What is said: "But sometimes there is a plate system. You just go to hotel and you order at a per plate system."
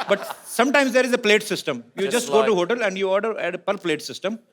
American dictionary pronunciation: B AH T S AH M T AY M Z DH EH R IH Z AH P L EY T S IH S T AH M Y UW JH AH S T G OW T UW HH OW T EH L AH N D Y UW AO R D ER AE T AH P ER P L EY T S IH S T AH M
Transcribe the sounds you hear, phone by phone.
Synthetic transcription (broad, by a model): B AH T S AH M T AY M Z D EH R IH Z AH P L EY T S IH S T AH M Y UW JH AH S T G OW T UW HH OW T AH L AH N D Y UW AO R D ER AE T AH P ER P L EY T S IH S T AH M